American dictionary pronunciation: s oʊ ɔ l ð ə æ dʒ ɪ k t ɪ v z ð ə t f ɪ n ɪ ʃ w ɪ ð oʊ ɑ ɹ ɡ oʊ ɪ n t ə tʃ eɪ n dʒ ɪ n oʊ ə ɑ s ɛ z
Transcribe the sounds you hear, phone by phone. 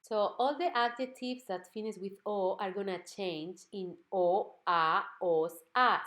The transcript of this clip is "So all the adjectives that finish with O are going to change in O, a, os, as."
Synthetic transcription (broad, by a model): s oʊ ɔ l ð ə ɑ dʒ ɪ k t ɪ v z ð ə t f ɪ n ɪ s w ɪ ð oʊ ɑ ɹ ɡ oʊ n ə tʃ eɪ n dʒ ɪ n oʊ ə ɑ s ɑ